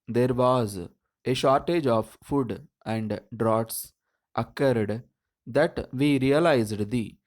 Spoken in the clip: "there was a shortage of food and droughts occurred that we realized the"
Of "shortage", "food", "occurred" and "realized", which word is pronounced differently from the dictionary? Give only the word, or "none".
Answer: none